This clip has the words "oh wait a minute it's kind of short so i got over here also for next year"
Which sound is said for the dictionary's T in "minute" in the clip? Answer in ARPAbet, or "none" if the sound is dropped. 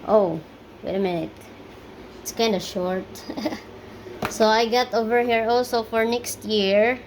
T